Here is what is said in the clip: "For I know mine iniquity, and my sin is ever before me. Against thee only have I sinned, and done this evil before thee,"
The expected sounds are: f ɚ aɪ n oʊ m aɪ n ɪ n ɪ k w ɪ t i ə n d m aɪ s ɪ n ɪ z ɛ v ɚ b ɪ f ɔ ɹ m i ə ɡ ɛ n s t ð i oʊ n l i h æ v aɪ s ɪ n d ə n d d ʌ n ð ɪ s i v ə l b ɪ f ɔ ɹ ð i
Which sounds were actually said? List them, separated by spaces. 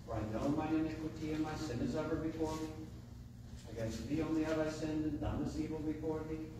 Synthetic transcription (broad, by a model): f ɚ aɪ n oʊ m aɪ ɪ n ɪ k w ɪ t i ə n m aɪ s ɪ n ɪ z ɛ v ɚ b ɪ f ɔ ɹ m i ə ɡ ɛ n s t ð i oʊ n l i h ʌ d aɪ s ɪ n d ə n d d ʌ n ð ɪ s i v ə l b ɪ f ɔ ɹ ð i